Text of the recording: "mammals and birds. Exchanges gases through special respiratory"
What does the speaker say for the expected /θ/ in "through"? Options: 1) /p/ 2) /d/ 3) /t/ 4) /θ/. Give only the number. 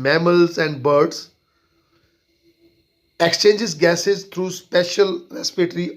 3